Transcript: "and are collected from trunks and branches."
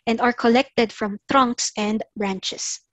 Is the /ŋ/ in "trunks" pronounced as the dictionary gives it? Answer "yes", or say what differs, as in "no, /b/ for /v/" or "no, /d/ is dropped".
yes